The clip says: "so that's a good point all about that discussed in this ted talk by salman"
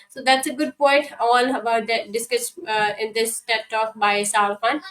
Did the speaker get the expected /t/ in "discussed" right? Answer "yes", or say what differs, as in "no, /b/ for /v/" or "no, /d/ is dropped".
no, /t/ is dropped